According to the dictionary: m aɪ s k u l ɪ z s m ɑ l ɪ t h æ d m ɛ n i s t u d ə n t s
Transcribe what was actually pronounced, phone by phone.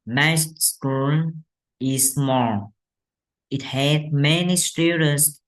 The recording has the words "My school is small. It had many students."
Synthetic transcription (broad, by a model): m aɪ s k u n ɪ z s m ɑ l ɪ t h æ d m ɛ n i s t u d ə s